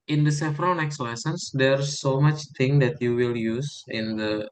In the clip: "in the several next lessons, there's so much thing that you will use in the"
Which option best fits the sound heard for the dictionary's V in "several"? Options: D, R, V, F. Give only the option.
F